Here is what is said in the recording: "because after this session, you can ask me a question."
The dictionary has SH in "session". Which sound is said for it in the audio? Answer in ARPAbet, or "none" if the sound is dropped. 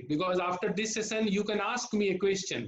S